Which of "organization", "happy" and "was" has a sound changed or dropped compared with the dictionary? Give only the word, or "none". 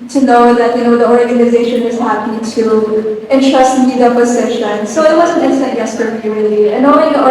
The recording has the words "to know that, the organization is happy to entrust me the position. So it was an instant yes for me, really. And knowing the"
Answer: none